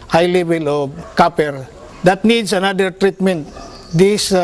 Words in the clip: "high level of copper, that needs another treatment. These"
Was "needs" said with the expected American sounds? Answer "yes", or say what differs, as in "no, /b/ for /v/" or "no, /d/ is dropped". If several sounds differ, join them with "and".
no, /s/ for /z/